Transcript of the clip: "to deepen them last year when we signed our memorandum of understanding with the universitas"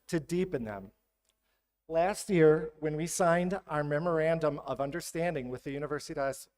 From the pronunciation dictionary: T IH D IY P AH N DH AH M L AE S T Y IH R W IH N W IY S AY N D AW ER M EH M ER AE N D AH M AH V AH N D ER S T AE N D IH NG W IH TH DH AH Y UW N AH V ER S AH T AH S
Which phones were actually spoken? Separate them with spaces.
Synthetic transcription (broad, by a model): T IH D IY P AH N DH AH M L AE S T Y IH R W IH N W IY S AY N D AW ER M EH M ER AE N D AH M AH V AH N D ER S T AE N D IH NG W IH DH AH Y UW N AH V ER S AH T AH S